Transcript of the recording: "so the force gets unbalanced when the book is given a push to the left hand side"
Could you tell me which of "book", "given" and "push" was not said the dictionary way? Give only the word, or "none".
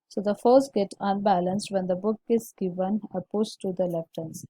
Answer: push